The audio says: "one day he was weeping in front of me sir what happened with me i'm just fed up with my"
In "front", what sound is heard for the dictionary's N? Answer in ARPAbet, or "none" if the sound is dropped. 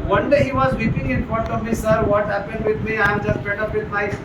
none